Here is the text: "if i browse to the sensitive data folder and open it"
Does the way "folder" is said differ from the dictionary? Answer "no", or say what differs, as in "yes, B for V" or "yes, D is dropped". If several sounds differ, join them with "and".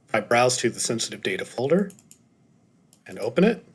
no